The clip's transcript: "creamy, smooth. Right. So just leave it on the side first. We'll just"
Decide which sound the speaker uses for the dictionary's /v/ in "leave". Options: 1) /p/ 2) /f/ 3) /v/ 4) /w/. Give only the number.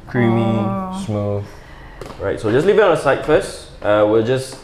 3